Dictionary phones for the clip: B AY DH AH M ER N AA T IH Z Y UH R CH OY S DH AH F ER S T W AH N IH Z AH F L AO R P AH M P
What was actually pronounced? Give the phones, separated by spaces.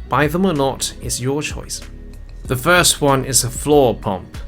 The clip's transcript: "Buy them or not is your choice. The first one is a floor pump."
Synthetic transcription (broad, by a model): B AY DH AH M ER N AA T IH Z Y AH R CH OY S DH AH F ER S T W AH N IH Z AH F L AO R P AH M P